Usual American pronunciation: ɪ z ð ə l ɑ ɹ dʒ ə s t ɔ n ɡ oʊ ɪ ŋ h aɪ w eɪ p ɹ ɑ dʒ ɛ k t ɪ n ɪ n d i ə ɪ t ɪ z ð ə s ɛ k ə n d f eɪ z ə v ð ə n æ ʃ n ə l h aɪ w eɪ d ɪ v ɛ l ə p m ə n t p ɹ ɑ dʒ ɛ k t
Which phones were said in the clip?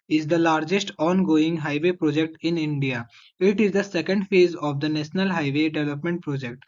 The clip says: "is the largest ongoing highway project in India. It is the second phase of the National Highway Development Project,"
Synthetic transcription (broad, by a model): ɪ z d ə l ɑ ɹ dʒ ə s t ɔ n ɡ oʊ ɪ ŋ h aɪ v eɪ p ɹ ɑ dʒ ɛ k t ɪ n ɪ n d i ə ɪ t ɪ z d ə s ɛ k ə n d f eɪ z ə v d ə n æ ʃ n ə l h aɪ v eɪ d ɪ v ɛ l ə p m ə n t p ɹ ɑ dʒ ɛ k t